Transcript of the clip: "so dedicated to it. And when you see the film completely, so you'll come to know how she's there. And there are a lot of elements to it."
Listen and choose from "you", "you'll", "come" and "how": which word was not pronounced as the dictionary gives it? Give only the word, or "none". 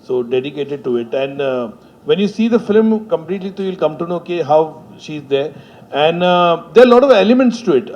none